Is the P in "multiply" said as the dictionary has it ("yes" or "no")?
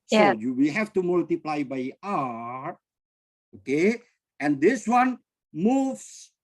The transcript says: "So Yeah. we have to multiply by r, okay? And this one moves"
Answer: yes